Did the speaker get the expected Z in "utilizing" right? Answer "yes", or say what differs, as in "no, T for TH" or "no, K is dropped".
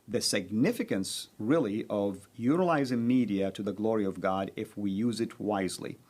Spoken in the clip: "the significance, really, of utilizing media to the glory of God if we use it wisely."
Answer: yes